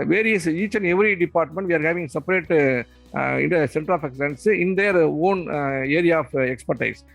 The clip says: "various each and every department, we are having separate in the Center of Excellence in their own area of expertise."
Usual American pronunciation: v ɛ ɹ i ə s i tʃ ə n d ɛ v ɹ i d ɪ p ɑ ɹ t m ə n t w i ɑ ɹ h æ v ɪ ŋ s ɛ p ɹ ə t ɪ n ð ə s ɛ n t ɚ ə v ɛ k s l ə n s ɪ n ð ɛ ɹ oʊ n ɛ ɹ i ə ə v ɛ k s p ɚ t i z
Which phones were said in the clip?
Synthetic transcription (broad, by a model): v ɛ ɹ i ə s i tʃ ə n ɛ v ɹ i d ɪ p ɑ ɹ t m ə n t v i ɑ ɹ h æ v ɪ ŋ s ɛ p ɹ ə t ɪ n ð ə s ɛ n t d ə f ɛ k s ə n s ɪ n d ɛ ɹ oʊ n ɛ ɹ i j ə f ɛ k s p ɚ t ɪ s